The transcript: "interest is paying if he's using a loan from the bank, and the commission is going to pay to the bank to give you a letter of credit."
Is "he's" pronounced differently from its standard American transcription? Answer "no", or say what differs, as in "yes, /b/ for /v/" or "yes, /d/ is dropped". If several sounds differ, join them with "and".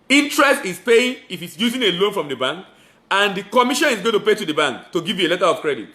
yes, /s/ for /z/